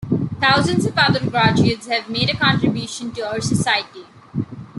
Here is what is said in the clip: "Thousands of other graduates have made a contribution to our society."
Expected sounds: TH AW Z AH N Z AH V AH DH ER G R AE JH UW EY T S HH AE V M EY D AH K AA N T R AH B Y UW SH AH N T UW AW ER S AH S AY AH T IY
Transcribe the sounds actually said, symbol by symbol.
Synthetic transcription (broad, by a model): T AW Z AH N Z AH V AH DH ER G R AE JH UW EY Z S HH AE V M EY D AH K AA N T R AH B Y UW SH AH N T UW AW ER S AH S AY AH T IY